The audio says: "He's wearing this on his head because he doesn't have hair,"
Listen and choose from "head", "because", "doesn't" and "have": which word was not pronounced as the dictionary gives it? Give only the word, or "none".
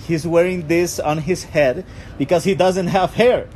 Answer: none